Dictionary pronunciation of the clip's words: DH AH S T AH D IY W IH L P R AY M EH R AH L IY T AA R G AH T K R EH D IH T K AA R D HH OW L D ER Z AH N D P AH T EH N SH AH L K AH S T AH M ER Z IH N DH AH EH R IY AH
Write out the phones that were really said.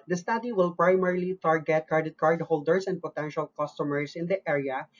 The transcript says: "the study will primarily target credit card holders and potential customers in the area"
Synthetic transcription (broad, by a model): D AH S T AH D IY W IH L P R AY M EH R L IY T AA R G AH T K EH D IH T K AA R D HH OW L D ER S AH N D P AH T EH N SH AH L K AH S T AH M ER S IH N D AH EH R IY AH